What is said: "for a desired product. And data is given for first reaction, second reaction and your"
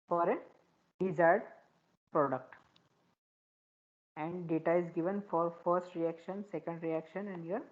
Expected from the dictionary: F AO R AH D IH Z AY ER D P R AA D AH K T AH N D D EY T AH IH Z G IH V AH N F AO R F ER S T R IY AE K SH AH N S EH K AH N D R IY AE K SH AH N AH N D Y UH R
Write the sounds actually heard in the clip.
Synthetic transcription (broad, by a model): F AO R AH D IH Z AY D P R AA D AH K T AH N D D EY T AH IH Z G IH V AH N F AO R F ER S T R IY AE K SH AH N S EH K AH N D R IY AE K SH AH N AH N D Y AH R